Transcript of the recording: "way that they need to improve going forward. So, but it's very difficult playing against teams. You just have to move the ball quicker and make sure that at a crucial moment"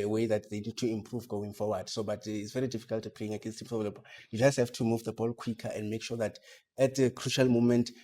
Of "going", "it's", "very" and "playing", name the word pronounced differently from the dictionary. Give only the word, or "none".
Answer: playing